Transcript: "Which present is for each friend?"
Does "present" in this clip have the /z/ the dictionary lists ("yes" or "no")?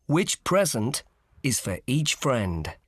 yes